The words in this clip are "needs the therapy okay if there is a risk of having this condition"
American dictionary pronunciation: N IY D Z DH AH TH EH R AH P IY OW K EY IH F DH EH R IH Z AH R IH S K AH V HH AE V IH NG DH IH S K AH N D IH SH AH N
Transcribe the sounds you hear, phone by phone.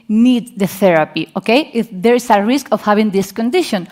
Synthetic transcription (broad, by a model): N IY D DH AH TH EH R AH P IY OW K EY IH F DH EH R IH S AH R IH S K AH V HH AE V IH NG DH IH S K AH N D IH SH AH N